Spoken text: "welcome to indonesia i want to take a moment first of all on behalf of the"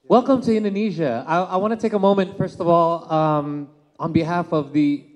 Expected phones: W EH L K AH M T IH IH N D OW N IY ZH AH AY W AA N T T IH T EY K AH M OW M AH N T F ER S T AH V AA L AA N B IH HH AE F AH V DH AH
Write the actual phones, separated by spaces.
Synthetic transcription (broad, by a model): W EH L K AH M T IH IH N D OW N IY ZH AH AY W AA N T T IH T EY K AH M OW M AH N T F ER S T AH V AA L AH N B IH HH AE F AH V DH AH